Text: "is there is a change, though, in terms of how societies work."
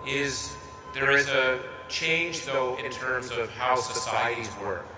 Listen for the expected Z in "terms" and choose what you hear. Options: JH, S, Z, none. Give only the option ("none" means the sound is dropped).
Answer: Z